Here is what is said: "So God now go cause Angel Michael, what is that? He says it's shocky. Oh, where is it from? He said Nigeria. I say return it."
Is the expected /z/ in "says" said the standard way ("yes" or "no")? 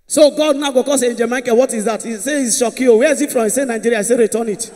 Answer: no